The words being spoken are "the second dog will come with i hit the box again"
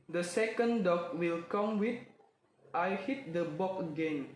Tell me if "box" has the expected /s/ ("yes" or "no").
no